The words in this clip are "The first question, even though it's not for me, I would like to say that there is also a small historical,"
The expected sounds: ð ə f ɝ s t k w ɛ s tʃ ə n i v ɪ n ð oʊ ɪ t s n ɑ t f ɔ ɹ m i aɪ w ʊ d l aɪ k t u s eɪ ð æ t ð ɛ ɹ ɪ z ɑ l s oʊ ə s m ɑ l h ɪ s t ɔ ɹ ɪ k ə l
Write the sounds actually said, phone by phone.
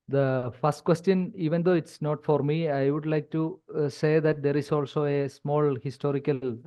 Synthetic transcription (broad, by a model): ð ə f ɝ s t k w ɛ s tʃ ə n i v ɪ n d oʊ ɪ t s n ɑ t f ɔ ɹ m i aɪ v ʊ d l aɪ k t u s eɪ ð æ t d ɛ ɹ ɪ s ɑ l s oʊ ə s m ɑ l h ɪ s t ɔ ɹ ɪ k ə l